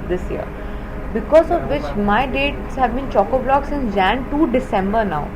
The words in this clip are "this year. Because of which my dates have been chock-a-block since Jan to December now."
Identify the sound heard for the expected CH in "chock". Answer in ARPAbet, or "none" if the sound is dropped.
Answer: CH